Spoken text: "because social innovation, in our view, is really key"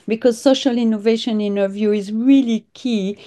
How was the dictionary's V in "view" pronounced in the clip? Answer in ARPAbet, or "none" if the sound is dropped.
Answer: V